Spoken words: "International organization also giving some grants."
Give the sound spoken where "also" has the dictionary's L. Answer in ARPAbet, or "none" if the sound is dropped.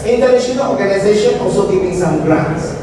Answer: L